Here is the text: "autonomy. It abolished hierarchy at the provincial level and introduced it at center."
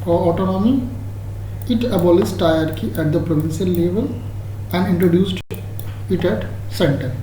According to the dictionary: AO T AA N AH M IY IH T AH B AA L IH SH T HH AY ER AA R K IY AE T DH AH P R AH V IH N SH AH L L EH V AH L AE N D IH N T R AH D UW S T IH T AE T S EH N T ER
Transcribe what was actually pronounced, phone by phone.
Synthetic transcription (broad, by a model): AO T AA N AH M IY IH T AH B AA L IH S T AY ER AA R K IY AE T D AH P R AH V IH N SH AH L L EH V AH L AE N D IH N T R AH D UW S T IH T AE T S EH N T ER